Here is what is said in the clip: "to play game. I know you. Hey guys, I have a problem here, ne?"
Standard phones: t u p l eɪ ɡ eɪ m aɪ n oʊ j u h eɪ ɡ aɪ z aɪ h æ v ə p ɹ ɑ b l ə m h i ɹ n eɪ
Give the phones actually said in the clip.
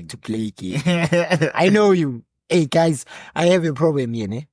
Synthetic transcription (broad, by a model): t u p l eɪ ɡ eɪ aɪ n oʊ j u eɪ ɡ aɪ z aɪ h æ v ə p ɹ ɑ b l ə m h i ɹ n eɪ